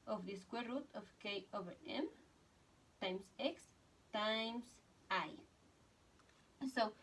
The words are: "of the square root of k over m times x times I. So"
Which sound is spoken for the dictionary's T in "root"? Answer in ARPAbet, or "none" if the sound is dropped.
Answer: T